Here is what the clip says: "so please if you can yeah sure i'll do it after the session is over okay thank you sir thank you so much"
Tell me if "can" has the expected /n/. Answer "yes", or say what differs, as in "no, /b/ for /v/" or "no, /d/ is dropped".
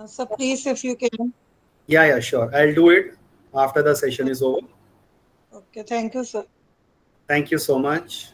no, /l/ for /n/